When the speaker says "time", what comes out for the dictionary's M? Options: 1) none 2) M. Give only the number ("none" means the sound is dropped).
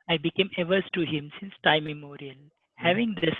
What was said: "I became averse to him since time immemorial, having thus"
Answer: 1